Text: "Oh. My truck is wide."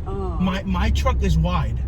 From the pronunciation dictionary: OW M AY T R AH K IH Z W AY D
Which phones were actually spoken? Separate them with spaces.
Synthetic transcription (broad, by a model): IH M AY T R AH K IH Z W AY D